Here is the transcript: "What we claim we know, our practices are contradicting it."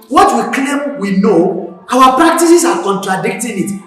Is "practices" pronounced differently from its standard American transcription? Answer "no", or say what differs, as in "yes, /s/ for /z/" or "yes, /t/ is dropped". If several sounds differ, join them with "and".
yes, /s/ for /z/